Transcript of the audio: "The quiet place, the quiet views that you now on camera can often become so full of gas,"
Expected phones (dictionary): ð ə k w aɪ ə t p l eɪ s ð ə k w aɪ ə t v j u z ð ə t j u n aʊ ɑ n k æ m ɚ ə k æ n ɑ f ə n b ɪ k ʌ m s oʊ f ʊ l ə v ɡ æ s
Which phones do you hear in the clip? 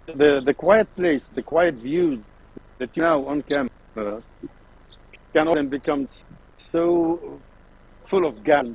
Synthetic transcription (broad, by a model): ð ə k w aɪ ə t p l eɪ s ð ə k w aɪ ə t v j u z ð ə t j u n aʊ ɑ n k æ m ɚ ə k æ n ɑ ə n b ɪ k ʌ m s oʊ f ʊ l ə v ɡ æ